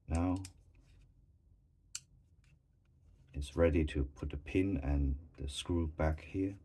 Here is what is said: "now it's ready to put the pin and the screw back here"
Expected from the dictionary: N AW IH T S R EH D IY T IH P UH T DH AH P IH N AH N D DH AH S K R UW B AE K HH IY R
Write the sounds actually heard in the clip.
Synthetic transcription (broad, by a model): N AW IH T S R EH D IY T IH P UH T DH AH P IH N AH N DH AH S K R UW B AE K HH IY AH